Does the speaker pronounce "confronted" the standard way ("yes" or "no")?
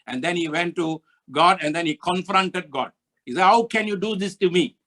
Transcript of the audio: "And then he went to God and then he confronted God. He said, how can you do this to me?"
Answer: yes